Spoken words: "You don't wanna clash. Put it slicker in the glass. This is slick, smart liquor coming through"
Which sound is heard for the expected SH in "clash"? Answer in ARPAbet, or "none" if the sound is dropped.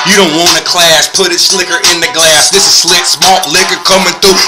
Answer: S